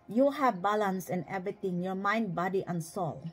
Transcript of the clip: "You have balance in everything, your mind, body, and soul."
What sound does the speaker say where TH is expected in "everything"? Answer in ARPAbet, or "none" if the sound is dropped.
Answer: T